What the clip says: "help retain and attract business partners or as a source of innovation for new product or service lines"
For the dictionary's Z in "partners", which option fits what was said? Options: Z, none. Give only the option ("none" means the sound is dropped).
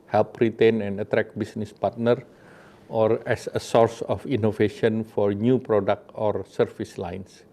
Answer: none